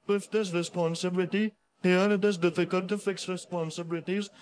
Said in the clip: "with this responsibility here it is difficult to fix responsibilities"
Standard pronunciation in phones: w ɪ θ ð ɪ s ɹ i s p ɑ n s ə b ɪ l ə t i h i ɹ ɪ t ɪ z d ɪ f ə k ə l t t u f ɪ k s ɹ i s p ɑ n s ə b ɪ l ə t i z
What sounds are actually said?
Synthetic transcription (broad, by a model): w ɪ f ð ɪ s ɹ i s p ɑ n s ə b ɪ l ə t i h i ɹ ɪ t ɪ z d ɪ f ə k ə l t t u f ɪ k s ɹ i s p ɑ n s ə b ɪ l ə t i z